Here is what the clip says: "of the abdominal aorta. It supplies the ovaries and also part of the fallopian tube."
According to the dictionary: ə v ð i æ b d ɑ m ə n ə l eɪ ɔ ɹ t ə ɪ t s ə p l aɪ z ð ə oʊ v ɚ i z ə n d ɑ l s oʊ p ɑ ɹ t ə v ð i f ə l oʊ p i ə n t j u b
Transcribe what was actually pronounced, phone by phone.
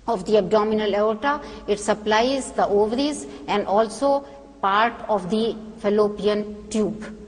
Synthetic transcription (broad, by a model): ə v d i æ b d ɑ m ə n ə l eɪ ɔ t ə ɪ t s ə p l aɪ z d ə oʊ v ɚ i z ə n d ɑ l s oʊ p ɑ ɹ t ə v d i f ə l oʊ p i ə n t j u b